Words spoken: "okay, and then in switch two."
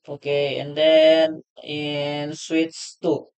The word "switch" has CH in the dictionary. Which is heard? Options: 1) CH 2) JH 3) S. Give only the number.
3